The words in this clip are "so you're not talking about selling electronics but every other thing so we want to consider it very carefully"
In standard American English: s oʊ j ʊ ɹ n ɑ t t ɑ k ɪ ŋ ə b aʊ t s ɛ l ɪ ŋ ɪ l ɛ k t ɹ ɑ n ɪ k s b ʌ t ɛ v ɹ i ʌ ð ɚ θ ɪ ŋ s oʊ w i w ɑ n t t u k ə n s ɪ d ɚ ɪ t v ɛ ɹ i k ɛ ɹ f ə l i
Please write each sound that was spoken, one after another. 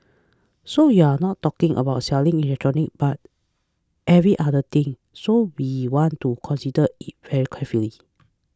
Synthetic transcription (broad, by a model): s oʊ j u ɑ n ɑ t t ɑ k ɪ ŋ ə b aʊ t s ɛ l ɪ ŋ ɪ l ɛ k t ɹ ɑ n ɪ k b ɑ t ɛ v ɹ i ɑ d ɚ t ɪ ŋ s oʊ w i w ɑ n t t u k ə n s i d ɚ ɪ t v ɛ ɹ i k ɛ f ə l i